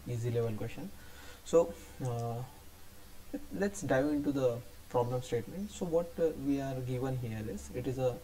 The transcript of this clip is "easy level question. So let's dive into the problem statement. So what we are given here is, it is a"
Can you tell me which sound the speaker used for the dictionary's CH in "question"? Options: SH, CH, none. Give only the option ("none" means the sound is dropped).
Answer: SH